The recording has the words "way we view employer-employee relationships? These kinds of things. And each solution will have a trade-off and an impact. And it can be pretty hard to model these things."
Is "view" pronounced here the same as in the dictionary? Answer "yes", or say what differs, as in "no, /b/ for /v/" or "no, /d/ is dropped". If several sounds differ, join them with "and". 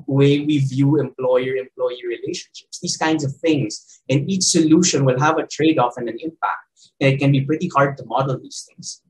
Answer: yes